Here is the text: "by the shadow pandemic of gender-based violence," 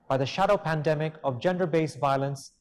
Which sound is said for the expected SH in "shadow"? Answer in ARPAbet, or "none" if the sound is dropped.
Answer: SH